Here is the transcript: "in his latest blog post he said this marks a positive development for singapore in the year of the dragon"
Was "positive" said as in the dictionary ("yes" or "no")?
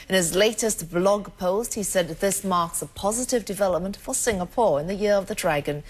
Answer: yes